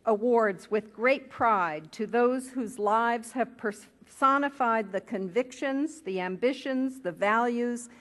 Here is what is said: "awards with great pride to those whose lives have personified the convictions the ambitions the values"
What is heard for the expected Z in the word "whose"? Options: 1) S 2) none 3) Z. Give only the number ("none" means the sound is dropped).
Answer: 3